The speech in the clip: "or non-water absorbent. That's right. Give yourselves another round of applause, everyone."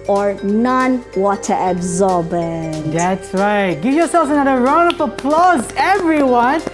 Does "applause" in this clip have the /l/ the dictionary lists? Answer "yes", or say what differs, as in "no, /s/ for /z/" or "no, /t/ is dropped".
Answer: yes